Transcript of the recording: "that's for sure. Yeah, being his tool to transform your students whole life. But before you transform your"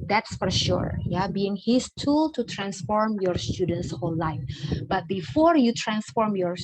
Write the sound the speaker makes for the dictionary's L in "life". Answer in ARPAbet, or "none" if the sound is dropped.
L